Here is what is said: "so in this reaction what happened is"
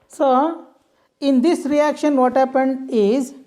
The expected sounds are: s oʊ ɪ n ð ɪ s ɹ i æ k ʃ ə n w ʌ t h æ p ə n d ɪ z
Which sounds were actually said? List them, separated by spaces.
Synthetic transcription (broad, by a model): s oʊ ɪ n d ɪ s ɹ i æ k ʃ ə n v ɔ t h æ p ə n d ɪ z